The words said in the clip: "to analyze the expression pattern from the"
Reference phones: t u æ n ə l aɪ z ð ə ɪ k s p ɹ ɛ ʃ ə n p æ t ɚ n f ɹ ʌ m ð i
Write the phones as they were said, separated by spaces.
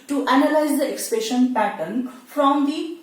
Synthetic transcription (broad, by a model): t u æ n ə l aɪ z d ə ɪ k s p ɛ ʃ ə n p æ t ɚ n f ɹ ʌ m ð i